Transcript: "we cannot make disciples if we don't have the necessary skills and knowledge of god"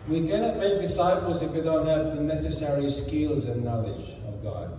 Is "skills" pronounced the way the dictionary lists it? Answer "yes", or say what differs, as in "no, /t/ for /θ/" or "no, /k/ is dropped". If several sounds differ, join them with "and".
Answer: yes